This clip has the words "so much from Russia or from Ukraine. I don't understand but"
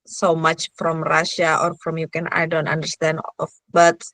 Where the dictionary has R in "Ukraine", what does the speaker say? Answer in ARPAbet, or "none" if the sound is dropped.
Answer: none